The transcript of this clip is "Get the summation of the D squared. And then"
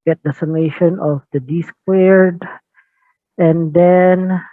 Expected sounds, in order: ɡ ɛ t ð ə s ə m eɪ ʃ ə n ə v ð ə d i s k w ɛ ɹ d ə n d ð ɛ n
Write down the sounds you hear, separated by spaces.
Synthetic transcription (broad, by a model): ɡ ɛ t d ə s ə m eɪ ʃ ə n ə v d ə d i s k w ɛ ɹ d ə n d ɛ n